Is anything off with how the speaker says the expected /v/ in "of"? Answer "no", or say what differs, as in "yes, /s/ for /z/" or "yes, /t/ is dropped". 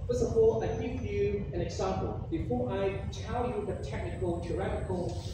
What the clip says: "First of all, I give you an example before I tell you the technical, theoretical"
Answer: yes, /p/ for /v/